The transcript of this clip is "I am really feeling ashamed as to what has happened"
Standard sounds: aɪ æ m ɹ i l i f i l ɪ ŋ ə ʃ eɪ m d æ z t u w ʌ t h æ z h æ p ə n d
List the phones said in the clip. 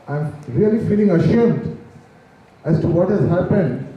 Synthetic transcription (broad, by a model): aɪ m ɹ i l i f i l ɪ ŋ ə ʃ eɪ m d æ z t u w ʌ t h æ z h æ p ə n d